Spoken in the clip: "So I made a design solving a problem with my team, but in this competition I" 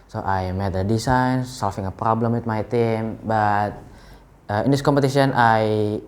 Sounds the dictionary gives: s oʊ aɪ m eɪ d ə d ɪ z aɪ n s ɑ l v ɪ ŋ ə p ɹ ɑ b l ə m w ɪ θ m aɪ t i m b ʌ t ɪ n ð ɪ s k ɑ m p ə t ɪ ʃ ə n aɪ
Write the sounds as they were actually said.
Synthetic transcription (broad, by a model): s oʊ aɪ m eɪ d ə d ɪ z aɪ n s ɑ l f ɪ ŋ ə p ɹ ɑ b l ə m w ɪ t m aɪ t i m b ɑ t ɪ n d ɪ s k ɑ m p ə t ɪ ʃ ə n aɪ